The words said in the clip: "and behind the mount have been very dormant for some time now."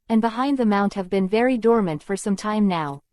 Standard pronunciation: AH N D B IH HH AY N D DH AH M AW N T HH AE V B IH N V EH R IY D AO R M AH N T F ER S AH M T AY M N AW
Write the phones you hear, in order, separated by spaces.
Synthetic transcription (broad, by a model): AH N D B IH HH AY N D DH AH M AW N T HH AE V B IH N V EH R IY D AO R M AH N T F ER S AH M T AY M N AW